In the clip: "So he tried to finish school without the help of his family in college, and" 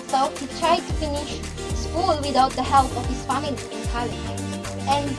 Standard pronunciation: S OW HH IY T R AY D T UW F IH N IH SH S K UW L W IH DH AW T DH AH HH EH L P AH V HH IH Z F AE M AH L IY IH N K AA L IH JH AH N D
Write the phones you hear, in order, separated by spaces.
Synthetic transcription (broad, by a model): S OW HH IY T R AY D T UW F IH N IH SH S K UW L W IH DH AW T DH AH HH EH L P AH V HH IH S F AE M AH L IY IH N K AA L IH AH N